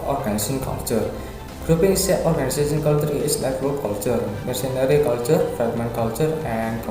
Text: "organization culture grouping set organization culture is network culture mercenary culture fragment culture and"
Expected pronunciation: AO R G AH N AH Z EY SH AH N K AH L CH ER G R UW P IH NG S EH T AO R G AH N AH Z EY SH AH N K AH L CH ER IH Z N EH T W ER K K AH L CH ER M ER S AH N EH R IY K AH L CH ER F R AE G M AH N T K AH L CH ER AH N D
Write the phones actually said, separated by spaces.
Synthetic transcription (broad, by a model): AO R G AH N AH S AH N K AH L CH ER G R UW P IH NG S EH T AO R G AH N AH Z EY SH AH N K AH L CH ER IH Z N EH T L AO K K AH L CH ER M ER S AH N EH R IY K AH L CH ER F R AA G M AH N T K AH L CH ER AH N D